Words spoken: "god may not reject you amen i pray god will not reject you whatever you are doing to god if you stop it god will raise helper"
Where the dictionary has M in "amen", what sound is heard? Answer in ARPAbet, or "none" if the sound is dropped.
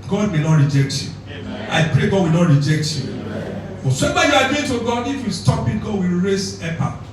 none